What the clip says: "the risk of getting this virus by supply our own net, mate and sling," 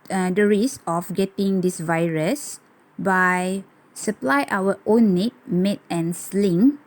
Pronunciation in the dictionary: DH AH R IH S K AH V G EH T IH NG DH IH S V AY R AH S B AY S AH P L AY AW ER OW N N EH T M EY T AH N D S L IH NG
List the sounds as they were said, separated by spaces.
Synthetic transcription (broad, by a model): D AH R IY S AH F G EH T IH NG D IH S V AY R AH S B AY S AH P L AY AW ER OW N N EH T M EY T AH N S L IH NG